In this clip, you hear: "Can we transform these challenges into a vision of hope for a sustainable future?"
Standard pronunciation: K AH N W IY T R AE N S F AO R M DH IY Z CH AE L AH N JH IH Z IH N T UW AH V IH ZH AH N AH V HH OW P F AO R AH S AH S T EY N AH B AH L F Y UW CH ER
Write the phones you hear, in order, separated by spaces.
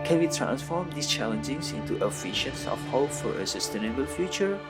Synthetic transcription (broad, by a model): K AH N W IY T R AE N S F AO R M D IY S CH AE L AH N JH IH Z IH N T UW AH F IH SH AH N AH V HH OW P F AO R AH S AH S T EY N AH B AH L F Y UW CH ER